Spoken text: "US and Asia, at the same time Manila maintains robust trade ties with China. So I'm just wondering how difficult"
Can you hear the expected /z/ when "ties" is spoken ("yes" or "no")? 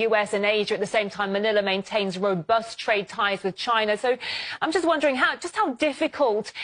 yes